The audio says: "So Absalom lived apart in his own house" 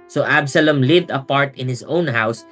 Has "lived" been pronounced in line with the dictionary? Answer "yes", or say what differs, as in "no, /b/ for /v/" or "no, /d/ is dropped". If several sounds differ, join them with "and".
yes